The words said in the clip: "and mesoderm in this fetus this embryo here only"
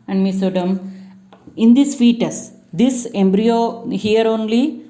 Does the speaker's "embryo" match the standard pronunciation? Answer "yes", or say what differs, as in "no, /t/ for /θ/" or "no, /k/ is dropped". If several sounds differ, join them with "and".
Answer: yes